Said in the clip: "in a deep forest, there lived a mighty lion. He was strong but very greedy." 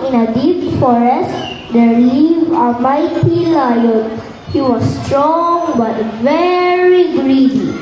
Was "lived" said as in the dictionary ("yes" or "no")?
no